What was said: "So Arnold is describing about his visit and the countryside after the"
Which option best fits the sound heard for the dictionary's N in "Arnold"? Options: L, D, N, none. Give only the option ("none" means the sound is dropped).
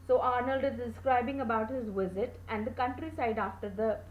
N